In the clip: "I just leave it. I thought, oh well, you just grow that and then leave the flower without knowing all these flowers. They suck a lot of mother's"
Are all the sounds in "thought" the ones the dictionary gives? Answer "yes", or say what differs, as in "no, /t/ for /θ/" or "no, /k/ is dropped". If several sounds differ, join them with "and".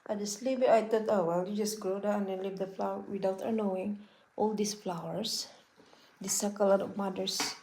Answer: no, /t/ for /θ/